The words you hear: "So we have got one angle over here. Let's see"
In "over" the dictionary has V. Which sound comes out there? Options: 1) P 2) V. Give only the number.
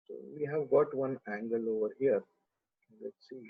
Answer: 2